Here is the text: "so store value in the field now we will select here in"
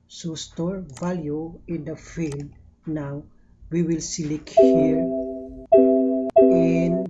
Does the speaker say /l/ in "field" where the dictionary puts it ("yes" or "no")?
yes